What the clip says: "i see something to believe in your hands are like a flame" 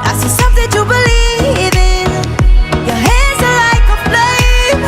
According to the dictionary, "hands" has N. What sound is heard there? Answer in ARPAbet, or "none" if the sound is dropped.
none